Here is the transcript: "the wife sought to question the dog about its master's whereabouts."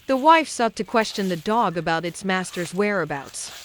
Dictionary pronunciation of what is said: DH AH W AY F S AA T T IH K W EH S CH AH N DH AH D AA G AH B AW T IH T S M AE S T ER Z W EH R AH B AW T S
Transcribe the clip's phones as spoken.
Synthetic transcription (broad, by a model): DH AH W AY F S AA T T IH K W EH S CH AH N DH AH D AA G AH B AW T IH T S M AE S T ER Z W EH R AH B AW T S